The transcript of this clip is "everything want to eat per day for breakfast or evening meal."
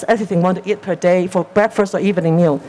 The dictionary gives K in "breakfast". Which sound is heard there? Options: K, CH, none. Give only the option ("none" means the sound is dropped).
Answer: K